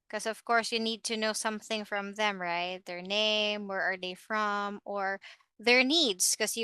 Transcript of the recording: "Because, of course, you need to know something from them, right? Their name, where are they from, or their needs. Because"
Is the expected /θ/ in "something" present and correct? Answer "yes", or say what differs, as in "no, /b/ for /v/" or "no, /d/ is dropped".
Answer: yes